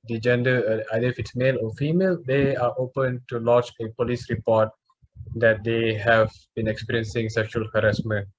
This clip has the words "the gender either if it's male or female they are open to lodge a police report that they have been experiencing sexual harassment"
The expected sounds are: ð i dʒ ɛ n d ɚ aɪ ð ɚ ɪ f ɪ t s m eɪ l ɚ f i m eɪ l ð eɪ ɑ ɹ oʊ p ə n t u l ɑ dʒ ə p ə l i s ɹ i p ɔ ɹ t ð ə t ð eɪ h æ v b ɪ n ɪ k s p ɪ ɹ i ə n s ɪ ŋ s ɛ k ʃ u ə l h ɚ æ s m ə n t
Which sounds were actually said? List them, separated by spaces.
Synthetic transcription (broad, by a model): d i dʒ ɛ n d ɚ aɪ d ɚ ɪ f ɪ t s m eɪ l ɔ f i m eɪ l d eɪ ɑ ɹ oʊ p ə n t u l ɑ tʃ ə p ə l i s ɹ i p ɔ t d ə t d eɪ h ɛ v b ɪ n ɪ k s p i ɹ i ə n s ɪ ŋ s ɛ k ʃ u ə l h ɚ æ s m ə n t